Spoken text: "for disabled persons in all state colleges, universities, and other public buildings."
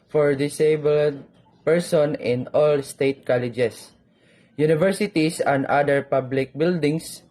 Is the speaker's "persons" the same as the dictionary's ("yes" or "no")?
no